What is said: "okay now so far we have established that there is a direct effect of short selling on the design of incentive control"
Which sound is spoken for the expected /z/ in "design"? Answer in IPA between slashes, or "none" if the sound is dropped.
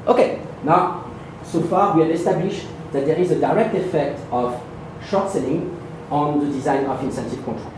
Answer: /z/